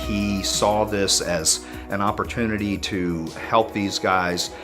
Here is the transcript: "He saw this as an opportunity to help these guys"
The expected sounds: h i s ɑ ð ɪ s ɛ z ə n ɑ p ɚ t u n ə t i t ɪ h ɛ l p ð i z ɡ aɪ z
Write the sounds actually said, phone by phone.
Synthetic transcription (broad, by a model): h i s ɑ ð ɪ s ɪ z ə n ɑ p ɚ t u n ə t i t ɪ h ɛ l p ð i z ɡ aɪ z